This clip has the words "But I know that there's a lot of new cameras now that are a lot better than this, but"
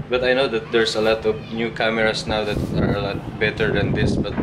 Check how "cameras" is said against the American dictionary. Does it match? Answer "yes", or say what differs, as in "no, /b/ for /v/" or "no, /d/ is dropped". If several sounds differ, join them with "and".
no, /s/ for /z/